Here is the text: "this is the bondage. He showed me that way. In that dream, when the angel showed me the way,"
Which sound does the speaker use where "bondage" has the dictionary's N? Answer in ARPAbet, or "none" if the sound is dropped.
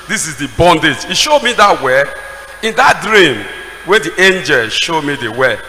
N